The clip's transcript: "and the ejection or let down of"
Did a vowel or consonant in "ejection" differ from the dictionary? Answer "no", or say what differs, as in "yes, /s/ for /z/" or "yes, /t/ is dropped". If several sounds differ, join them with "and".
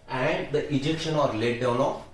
no